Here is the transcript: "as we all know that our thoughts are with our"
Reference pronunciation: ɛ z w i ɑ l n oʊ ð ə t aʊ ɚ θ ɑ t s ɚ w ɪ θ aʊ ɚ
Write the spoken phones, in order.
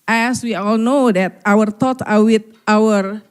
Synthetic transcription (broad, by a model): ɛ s w i ɑ l n oʊ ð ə t aʊ ɚ t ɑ t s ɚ w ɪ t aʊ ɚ